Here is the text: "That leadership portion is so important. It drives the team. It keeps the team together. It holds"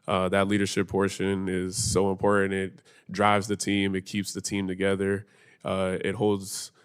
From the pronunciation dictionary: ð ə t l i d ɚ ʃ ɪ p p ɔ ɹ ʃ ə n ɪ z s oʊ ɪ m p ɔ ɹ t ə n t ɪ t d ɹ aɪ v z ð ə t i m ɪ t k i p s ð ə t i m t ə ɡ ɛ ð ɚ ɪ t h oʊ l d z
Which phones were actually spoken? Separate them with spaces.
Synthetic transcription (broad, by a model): ð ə t l i d ɚ ʃ ɪ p p ɔ ɹ ʃ ə n ɪ z s oʊ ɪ m p ɔ ɹ t n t ɪ t d ɹ aɪ v z ð ə t i m ɪ t k i p s ð ə t i m t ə ɡ ɛ ð ɚ ɪ t h oʊ l d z